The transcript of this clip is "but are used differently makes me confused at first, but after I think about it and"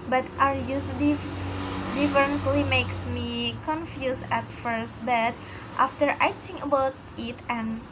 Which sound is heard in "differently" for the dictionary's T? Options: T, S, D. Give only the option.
S